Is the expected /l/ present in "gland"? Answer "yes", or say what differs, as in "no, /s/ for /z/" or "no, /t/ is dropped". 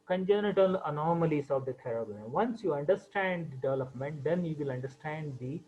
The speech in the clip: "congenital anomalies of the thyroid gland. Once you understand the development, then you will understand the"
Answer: no, /l/ is dropped